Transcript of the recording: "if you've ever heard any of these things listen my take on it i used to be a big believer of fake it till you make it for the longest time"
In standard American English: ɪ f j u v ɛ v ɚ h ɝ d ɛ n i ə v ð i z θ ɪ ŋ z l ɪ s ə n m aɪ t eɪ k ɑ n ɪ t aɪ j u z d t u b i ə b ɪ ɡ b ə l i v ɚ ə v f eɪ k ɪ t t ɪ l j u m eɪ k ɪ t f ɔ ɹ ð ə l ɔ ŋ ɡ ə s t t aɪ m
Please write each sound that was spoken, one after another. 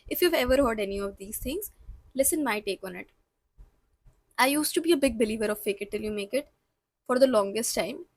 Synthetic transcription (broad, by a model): ɪ f j u v ɛ v ɚ h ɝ d ɛ n i ə v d i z t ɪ ŋ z l ɪ s ə n m aɪ t eɪ k ɑ n ɪ t aɪ j u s t u b i ə b ɪ ɡ b ə l i v ɚ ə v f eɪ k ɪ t t ɪ l j u m eɪ k ɪ t f ɔ ɹ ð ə l ɔ ŋ ɡ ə s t t aɪ m